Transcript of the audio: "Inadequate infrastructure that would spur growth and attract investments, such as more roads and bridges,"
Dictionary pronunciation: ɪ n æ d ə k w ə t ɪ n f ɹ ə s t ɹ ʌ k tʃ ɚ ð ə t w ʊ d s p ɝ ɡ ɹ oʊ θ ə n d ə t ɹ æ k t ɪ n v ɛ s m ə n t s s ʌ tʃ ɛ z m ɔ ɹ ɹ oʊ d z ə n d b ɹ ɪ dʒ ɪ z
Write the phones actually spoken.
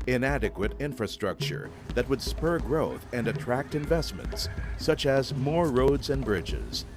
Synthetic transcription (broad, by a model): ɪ n æ d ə k w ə t ɪ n f ɹ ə s t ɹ ʌ k tʃ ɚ ð ə t w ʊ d s p ɝ ɡ ɹ oʊ θ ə n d ə t ɹ æ k t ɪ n v ɛ s m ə n t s s ʌ tʃ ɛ z m ɔ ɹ ɹ oʊ d z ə n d b ɹ ɪ dʒ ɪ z